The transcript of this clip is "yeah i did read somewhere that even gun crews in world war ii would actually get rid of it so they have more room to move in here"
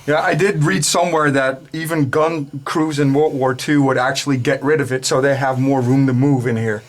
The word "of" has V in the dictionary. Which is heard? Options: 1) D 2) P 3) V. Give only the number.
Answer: 3